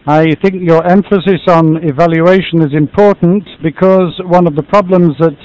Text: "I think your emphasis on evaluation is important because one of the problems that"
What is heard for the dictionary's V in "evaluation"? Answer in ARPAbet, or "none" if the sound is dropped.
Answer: V